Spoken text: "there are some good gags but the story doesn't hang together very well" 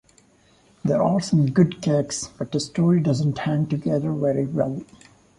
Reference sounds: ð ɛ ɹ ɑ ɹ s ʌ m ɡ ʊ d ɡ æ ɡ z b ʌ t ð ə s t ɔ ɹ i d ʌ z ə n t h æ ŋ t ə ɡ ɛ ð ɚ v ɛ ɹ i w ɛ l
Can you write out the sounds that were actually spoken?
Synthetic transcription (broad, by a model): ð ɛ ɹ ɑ l s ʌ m ɡ ʊ d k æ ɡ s b ʌ t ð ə s t ɔ ɹ i d ʌ z ə n t h æ ŋ t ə ɡ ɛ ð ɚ v ɛ ɹ i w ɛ l